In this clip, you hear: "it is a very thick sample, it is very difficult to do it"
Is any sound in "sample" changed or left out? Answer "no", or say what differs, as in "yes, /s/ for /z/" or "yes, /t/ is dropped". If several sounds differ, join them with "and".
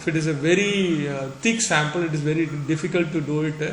no